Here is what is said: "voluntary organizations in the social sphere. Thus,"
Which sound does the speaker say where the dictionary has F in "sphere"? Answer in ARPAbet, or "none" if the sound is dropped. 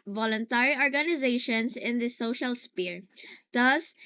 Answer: P